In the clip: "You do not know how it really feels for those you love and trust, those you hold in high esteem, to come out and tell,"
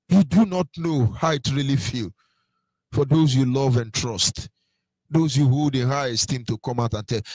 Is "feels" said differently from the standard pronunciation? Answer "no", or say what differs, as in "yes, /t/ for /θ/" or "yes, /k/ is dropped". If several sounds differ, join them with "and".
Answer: yes, /z/ is dropped